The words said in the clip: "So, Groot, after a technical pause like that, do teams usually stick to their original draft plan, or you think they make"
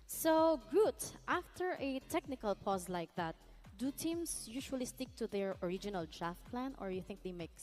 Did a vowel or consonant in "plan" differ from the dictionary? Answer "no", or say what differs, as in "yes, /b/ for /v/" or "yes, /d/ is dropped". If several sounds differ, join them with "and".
no